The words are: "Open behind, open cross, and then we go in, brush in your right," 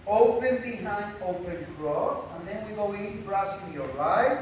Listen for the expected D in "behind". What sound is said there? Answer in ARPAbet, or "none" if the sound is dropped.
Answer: none